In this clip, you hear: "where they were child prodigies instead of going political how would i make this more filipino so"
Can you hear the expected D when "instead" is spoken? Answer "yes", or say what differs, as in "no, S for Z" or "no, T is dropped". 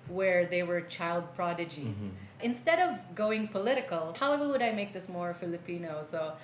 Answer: yes